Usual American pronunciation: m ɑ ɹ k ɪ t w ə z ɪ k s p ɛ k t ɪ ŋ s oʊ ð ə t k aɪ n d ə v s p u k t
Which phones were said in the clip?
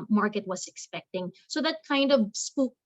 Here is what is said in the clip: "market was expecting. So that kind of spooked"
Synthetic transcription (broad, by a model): m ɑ ɹ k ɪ t w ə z ɪ k s p ɛ k t ɪ ŋ s oʊ ð ə t k aɪ n d ə v s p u